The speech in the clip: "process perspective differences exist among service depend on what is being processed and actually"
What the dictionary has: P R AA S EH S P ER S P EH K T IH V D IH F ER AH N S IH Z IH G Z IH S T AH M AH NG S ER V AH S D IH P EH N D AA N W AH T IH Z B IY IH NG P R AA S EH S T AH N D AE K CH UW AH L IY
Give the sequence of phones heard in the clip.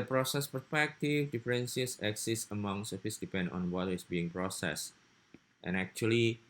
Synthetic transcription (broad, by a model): P R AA S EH S P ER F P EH K T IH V D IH F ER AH N S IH S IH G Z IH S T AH M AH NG S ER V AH S D IH P EH N D AA N W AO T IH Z B IY IH NG P R AA S EH S T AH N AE K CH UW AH L IY